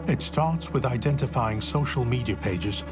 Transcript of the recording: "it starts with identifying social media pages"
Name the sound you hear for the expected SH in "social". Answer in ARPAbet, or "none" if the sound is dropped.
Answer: SH